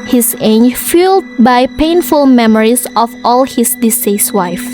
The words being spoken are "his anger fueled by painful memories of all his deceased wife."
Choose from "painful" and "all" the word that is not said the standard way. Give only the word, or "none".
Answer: none